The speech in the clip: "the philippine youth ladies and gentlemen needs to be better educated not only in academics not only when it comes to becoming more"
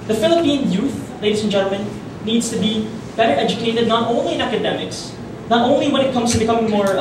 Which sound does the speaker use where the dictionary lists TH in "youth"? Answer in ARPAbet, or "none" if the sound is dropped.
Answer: TH